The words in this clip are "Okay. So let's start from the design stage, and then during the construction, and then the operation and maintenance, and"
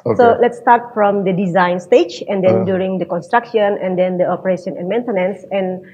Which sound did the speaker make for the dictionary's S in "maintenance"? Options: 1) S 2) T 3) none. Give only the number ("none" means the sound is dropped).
1